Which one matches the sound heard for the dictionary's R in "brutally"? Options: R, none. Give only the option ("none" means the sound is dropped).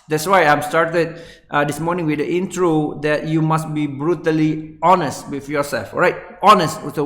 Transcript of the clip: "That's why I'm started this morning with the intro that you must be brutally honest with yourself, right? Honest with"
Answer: R